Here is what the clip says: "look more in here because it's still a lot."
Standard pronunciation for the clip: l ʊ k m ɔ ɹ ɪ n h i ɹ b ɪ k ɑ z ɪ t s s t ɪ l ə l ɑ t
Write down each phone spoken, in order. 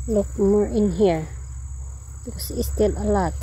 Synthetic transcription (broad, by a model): l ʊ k m ɔ ɹ ɪ n h i ɹ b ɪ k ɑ s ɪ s s t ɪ l ə l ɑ t